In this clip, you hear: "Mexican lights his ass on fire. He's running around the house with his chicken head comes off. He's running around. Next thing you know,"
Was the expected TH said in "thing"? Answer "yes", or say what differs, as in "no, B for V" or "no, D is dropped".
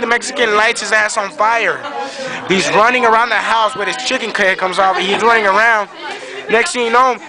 no, T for TH